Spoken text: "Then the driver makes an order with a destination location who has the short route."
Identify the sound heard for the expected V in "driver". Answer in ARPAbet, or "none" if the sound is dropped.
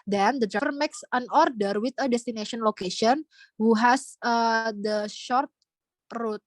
F